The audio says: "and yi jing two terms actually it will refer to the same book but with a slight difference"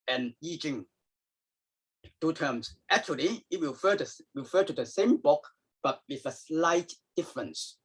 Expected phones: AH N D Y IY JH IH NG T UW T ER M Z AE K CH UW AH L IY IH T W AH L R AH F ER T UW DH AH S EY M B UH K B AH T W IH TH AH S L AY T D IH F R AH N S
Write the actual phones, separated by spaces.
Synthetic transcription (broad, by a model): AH N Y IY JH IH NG T UW T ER M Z AE K CH UW AH L IY IH T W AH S R AH F ER T UW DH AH S EY M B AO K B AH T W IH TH AH S L AY T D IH F R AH N S